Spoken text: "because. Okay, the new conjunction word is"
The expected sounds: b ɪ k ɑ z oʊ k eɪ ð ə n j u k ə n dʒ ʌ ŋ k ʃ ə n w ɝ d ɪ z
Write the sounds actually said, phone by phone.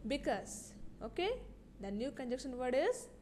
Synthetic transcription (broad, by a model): b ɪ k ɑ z oʊ k eɪ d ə n j u k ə n dʒ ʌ k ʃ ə n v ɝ d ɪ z